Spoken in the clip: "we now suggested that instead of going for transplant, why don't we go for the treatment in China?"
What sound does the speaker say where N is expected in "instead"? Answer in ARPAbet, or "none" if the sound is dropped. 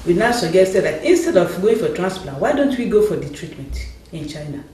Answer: N